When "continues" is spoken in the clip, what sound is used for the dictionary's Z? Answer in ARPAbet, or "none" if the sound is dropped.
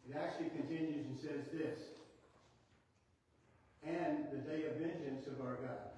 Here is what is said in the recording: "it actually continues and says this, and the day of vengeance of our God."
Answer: Z